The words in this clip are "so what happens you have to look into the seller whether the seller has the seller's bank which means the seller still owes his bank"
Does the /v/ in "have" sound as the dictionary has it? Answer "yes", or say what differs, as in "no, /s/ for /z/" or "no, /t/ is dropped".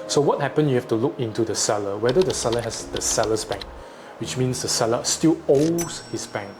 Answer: no, /f/ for /v/